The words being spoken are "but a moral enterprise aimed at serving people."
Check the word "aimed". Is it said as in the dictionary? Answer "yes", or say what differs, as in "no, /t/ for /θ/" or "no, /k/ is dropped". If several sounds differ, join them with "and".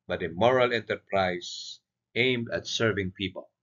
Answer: yes